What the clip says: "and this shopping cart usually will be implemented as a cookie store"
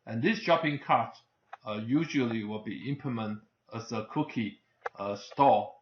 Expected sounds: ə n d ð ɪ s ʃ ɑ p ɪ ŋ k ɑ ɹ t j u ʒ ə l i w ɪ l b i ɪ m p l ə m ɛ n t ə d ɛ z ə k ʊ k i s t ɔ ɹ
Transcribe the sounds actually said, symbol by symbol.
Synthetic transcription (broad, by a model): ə n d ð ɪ s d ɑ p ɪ ŋ k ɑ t j u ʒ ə l i w ɪ l b i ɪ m p ə m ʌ n t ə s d ə k ʊ k i s t ɔ